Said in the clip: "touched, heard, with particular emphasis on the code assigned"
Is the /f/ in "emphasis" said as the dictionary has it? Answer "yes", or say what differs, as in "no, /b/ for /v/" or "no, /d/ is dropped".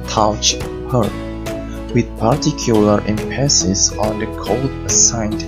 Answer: no, /p/ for /f/